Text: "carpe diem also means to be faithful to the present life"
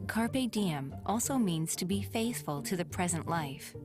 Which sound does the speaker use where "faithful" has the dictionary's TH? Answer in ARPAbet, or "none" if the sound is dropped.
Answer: TH